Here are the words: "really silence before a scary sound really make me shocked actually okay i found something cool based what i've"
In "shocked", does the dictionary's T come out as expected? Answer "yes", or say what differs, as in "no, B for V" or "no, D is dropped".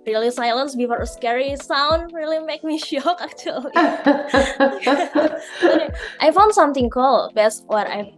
no, T is dropped